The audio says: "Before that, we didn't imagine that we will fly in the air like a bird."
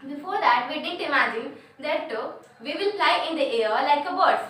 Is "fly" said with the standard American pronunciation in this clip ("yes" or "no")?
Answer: no